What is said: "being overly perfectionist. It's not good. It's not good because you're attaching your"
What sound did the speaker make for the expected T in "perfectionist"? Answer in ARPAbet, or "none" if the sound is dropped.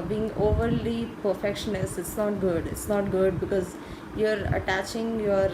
none